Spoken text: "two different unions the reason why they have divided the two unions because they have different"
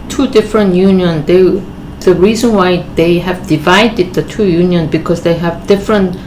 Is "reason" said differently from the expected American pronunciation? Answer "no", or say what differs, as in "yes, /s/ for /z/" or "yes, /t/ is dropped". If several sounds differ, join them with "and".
no